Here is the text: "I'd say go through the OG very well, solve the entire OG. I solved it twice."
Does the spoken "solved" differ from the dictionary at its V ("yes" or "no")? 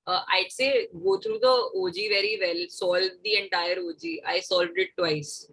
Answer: no